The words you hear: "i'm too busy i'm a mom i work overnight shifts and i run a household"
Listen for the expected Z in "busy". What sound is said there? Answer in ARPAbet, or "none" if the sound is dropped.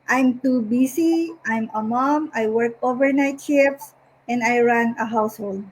S